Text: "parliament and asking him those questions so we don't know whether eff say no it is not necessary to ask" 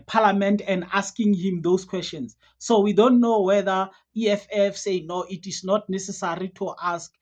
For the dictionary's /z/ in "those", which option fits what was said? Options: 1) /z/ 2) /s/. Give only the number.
2